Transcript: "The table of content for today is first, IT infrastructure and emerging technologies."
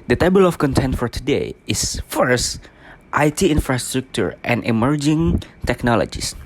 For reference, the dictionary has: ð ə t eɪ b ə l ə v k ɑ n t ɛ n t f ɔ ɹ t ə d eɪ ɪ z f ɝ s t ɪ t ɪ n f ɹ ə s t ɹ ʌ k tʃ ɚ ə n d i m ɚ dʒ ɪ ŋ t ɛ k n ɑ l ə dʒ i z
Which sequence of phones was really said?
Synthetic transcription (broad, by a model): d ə t eɪ b ə l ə f k ɑ n t ɛ n t f ɔ ɹ t ə d eɪ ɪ s f ɝ s t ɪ t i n f ɹ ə s t ɹ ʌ k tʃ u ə n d i m ɚ dʒ ɪ ŋ t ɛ k n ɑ l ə dʒ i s